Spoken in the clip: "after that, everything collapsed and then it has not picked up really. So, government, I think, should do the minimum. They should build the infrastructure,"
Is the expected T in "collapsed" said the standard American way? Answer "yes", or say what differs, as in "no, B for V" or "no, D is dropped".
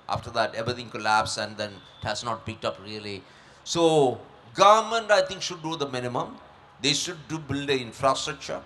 no, T is dropped